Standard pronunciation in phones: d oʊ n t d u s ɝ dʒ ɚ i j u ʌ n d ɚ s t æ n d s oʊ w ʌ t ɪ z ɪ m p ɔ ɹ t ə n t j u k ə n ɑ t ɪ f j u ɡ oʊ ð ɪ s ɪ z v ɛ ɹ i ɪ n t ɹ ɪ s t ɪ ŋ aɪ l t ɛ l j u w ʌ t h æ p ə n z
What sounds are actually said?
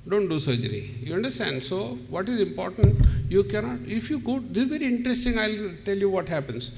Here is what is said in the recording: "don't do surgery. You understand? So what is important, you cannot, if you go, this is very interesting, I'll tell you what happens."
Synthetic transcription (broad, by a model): d oʊ n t d u s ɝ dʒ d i j u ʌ n d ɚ s t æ n d s oʊ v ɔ t ɪ z ɪ m p ɔ ɹ t ə n t j u k ə n ɑ t ɪ f j u ɡ oʊ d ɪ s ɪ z v ɛ ɹ i ɪ n t ɹ ɪ s t ɪ ŋ aɪ l t ɛ l j u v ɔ t h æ p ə n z